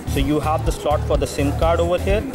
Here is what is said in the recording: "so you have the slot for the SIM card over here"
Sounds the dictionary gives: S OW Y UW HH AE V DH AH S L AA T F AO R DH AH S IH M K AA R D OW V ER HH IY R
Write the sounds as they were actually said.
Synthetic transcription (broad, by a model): S OW Y UW HH AE V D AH S L AA T F AO R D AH S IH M K AA R D OW V ER HH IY R